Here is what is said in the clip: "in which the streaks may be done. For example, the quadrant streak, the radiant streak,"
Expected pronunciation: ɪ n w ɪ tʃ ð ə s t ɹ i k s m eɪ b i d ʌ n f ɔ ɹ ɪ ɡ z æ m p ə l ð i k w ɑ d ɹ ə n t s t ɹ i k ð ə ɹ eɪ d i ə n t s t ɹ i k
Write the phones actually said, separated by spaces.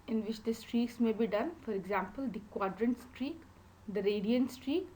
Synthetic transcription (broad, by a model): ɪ n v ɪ tʃ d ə s t ɹ i k s m eɪ b i d ʌ n f ɔ ɹ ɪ ɡ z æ m p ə l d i k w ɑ d ɹ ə n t s t ɹ i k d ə ɹ eɪ d i ə n t s t ɹ i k